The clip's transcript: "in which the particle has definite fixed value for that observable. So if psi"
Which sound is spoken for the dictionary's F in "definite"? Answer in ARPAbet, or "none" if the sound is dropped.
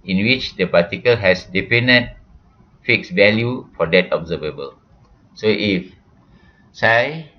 P